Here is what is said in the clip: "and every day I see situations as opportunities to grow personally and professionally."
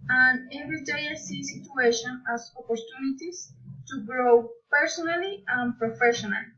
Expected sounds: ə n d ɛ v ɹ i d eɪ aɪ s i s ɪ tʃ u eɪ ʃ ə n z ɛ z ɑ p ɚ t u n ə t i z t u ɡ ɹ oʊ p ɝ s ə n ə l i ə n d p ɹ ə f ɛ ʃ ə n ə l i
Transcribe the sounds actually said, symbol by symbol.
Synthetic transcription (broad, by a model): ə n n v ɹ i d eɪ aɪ s i s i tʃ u eɪ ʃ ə n ɑ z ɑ p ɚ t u n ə t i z t u ɡ ɹ oʊ p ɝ s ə n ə l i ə n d p ɹ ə f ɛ ʃ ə n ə l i